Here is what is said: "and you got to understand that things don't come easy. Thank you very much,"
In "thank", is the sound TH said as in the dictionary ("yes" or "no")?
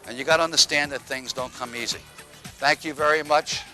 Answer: yes